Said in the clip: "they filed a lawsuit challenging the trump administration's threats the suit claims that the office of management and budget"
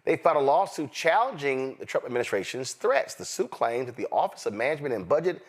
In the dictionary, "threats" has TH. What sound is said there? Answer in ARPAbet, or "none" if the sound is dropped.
TH